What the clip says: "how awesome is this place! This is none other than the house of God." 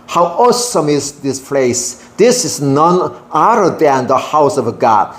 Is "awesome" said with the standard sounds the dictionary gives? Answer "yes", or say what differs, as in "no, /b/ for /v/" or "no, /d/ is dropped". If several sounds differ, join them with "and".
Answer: yes